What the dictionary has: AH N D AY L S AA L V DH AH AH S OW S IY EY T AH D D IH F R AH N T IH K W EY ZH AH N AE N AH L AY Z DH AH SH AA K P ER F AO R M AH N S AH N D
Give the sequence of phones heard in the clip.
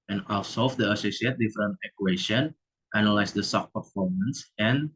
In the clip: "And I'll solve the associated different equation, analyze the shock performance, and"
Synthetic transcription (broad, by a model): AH N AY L S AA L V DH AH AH S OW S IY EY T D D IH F R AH N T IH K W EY SH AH N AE N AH L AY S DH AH S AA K P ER F AO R M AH N S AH N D